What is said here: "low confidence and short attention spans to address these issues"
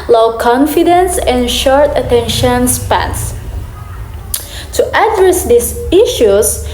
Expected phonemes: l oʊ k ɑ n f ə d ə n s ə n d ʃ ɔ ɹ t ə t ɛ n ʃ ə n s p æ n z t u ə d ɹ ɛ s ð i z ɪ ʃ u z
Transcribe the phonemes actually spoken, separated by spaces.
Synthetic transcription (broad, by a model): l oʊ k ɑ n f ə d ə n s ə n ʃ ɔ ɹ t ə t ɛ n ʃ ə n s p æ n s t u ə d ɹ ɛ s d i s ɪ ʃ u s